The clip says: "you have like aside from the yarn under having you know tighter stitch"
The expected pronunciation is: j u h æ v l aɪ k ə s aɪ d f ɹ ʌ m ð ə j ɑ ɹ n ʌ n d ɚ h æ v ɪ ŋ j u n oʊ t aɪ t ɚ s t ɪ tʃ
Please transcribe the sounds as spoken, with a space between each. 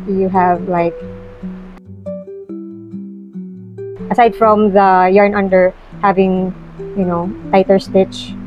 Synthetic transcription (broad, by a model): j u h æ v l aɪ k ə s aɪ d f ɹ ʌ m ð ə j ɑ ɹ n ʌ n d ɚ h æ v ɪ ŋ j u n oʊ t aɪ t ɚ s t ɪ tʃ